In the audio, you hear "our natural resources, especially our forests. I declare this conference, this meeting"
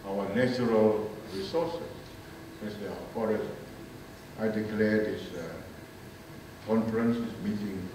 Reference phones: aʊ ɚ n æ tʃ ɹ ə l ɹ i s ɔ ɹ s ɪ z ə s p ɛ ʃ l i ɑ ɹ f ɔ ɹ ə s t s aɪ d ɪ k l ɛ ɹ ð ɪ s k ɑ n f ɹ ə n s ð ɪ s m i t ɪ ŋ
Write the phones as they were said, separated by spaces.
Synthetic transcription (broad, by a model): aʊ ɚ n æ tʃ ɹ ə l ɹ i s ɔ s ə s ɛ s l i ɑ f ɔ ɹ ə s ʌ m aɪ d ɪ k l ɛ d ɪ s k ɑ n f ɹ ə n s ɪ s m i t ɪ ŋ